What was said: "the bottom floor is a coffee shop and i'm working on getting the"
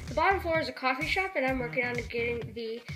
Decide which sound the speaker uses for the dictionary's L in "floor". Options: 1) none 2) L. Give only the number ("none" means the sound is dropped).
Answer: 1